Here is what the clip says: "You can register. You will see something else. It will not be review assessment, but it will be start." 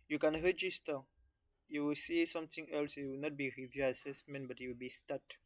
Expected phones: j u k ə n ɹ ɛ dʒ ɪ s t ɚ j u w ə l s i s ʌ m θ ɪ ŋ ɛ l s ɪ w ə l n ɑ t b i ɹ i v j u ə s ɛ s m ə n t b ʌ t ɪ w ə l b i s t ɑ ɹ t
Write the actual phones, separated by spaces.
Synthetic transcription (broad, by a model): j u k ə n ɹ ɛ dʒ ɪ s t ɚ j u w ə l s i s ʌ m t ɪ ŋ ɛ l s ɪ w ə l n ɑ t b i ɹ i v j u ə s ɛ s m ə n t b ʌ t ɪ w ə l b i s t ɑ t